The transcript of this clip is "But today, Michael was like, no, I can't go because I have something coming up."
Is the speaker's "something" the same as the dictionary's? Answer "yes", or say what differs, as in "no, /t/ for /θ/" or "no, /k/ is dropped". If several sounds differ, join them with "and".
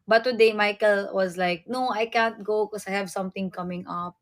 no, /t/ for /θ/